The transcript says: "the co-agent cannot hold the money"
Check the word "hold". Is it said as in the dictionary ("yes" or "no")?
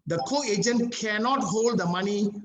yes